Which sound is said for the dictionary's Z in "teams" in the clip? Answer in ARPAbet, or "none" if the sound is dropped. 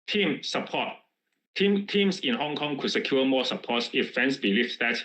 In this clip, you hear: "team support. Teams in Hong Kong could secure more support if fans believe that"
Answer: S